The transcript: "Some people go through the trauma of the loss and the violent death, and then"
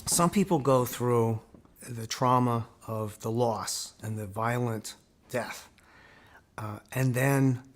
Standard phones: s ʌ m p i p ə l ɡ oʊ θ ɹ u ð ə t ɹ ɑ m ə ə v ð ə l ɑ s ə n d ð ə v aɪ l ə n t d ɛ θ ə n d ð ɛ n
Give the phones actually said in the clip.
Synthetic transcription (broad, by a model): s ʌ m p i p l ɡ oʊ θ ɹ u ð ə t ɹ ɑ m ə ə v ð ə l ɑ s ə n ð ə v aɪ l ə n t d ɛ θ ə n ð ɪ n